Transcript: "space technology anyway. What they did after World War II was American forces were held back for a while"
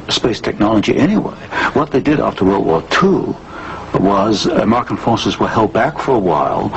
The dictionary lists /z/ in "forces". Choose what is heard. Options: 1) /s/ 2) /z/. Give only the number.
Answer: 2